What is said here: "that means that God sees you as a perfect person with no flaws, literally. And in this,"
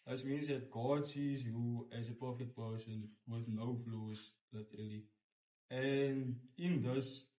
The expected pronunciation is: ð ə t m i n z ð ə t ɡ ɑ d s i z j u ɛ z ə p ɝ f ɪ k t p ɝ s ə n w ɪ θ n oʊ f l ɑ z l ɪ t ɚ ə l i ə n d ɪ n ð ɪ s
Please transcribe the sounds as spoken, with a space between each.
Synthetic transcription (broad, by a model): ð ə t m i n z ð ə t ɡ ɑ d s i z j u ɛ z ə p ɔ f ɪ t p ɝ s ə n w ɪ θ n oʊ f l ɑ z l ɪ t ɚ ə l i ə n d ɪ n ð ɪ s